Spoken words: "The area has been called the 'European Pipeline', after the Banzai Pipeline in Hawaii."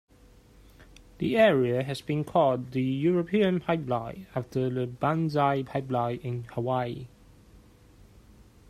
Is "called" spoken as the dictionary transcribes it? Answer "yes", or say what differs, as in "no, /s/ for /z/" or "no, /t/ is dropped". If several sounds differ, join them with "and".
no, /l/ is dropped